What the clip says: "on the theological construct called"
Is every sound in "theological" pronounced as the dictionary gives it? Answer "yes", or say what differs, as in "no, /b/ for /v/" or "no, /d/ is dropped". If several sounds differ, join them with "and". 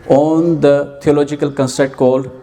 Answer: no, /t/ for /θ/